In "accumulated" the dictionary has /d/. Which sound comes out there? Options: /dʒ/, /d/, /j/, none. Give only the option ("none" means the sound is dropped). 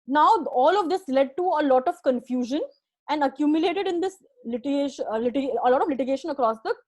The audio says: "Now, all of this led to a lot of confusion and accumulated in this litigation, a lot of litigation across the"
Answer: /d/